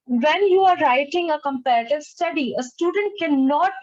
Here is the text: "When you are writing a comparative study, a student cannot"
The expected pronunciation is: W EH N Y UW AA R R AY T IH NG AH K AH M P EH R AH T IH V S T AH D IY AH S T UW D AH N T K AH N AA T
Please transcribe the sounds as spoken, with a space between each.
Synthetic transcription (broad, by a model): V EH N Y UW AA R R AY T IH NG AH K AH M P EH R AH T IH V S T AH D IY AH S T UW D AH N T K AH N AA T